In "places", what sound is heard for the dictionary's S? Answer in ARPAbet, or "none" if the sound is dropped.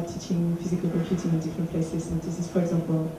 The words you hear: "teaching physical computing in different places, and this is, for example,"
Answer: none